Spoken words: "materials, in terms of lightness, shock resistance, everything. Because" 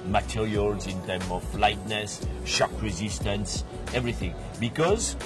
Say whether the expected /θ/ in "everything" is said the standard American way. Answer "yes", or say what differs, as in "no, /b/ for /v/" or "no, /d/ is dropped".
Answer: yes